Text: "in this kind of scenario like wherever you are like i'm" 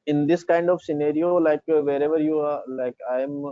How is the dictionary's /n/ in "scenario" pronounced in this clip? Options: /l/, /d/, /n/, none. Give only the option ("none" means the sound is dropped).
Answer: /n/